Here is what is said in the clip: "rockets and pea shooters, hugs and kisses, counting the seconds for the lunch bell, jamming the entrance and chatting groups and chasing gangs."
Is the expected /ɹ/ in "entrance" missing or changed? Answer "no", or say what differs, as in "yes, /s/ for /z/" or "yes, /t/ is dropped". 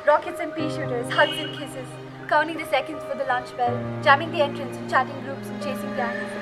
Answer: no